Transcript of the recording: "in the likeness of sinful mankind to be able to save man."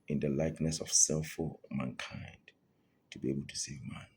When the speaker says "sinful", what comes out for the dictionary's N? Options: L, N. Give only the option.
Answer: L